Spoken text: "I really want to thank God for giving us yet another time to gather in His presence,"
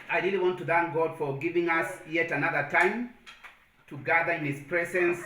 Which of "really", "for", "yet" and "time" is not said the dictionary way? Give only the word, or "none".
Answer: none